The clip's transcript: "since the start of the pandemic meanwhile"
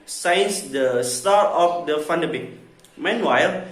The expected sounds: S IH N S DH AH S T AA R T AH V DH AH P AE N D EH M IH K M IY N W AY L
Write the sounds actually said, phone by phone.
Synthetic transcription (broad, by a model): S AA N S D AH S T AA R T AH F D AH F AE N D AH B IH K M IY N W AY L